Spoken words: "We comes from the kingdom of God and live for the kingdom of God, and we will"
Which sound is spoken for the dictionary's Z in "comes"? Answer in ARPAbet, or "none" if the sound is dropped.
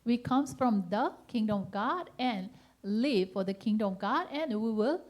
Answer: S